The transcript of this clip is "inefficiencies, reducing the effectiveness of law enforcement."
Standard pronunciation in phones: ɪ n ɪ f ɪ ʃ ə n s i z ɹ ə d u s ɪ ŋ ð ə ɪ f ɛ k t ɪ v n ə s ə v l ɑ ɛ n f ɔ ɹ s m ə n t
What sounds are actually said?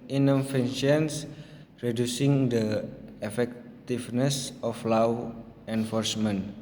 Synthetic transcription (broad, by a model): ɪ n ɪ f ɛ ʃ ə n s ɹ ə d u s ɪ ŋ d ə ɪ f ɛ k t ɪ f n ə s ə f l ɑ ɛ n f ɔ ɹ s m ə n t